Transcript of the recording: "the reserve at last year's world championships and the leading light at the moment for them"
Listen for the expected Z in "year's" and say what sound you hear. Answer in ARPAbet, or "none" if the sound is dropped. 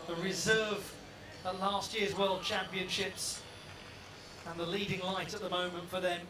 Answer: Z